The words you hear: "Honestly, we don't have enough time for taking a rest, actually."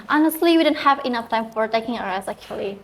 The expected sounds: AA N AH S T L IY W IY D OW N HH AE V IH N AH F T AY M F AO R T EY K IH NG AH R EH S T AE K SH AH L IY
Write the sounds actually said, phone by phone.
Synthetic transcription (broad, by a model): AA N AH S T L IY W IY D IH N HH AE V IH N AH F T AY M F AO R T EY K IH NG AH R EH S AE K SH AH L IY